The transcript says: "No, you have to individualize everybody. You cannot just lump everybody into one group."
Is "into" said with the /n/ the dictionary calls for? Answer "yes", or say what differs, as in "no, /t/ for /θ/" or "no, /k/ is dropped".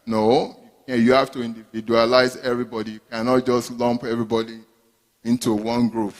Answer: yes